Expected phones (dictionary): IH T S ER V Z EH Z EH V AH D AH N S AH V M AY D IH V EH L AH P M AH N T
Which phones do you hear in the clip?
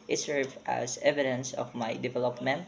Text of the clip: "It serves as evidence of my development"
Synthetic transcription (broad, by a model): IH T S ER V AA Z EH V AH D AH N S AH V M AY D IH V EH L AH P M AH N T